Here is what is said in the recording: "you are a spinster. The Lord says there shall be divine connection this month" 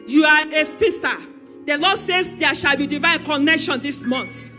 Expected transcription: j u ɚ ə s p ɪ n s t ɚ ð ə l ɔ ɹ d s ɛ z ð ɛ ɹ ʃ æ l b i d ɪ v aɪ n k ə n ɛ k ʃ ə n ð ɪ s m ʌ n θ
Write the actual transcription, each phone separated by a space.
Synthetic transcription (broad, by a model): j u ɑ ə s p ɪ s t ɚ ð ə l ɔ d s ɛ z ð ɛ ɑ ʃ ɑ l b i d ɪ v aɪ n k ə n ɛ k ʃ ə n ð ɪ s m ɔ n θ